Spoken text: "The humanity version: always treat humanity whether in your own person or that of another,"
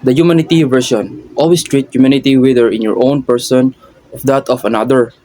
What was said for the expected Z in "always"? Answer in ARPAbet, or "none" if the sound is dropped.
S